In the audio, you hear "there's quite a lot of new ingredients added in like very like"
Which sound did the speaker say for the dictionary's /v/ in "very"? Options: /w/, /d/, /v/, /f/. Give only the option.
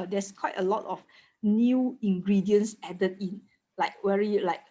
/w/